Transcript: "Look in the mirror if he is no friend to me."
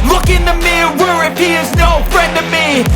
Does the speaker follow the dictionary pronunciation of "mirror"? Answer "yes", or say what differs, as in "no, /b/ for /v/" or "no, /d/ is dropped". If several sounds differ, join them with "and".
no, /w/ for /ɹ/